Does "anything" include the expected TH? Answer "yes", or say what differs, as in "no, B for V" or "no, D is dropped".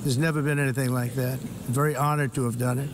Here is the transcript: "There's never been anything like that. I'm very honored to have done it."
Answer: yes